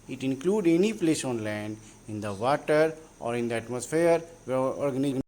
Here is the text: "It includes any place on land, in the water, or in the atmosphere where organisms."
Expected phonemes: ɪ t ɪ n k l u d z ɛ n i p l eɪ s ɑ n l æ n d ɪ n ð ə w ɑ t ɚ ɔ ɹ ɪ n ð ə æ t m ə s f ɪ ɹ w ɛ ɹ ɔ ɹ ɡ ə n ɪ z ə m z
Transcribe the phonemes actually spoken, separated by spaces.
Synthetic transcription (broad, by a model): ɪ t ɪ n k l u d ɛ n i p l eɪ s ɑ n l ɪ n d ɪ n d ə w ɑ t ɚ ɔ ɹ ɪ n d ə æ t m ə s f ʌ ɹ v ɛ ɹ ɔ ɹ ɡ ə n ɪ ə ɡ